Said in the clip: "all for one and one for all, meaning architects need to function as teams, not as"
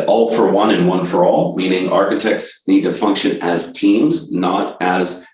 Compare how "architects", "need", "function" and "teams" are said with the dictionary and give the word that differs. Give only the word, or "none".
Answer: none